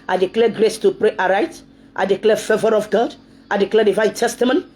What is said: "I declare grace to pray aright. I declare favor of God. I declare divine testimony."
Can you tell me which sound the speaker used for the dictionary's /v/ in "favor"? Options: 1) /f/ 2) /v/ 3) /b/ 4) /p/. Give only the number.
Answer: 2